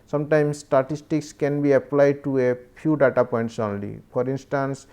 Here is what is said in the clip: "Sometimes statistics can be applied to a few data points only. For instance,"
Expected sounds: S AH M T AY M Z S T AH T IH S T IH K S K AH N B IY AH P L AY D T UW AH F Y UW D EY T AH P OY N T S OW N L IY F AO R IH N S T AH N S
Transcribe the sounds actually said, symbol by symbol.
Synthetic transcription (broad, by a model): S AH M T AY M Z S T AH T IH S T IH K S K AH N B IY AH P L AY D T UW AH P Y UW D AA T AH P OY N T S OW N L IY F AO R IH N S T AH N S